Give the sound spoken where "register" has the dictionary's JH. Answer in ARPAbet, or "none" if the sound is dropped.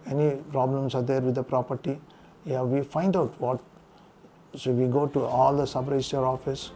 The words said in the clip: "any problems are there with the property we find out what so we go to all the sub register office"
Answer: none